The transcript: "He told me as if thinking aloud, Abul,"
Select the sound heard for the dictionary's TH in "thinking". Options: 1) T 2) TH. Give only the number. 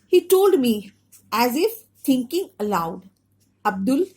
1